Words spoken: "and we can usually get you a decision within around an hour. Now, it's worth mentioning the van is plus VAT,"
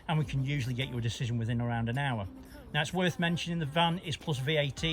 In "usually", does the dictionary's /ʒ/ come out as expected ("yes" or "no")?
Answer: yes